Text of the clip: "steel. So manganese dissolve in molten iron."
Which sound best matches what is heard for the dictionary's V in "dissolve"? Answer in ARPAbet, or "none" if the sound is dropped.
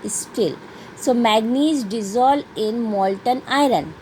none